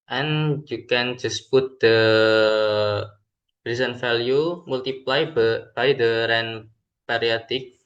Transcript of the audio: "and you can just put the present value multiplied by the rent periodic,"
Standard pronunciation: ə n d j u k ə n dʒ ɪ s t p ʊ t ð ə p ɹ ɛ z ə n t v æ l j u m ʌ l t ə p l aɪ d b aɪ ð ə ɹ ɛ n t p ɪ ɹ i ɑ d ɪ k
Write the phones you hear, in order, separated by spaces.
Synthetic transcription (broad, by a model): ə n j u k ə n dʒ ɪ s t p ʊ t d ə b ɹ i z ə n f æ l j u m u l t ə p l aɪ b aɪ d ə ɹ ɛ n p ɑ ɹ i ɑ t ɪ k